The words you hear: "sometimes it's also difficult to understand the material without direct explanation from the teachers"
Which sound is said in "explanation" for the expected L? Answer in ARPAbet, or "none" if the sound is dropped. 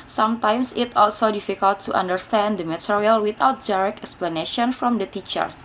L